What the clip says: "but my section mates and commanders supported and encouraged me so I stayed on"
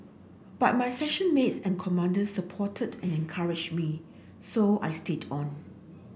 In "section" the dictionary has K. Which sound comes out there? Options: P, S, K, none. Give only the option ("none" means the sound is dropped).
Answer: none